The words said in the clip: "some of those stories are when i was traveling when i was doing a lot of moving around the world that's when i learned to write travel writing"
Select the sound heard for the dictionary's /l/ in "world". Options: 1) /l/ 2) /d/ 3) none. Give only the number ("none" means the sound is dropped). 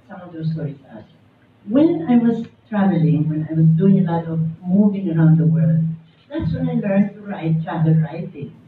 1